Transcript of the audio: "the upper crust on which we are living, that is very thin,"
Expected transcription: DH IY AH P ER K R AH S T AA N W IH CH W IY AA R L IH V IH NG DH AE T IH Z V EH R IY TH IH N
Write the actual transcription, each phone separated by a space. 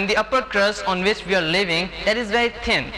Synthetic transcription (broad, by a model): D IY AH P ER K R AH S AA N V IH CH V IY AA R L IH V IH NG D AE T IH Z V EH R IY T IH N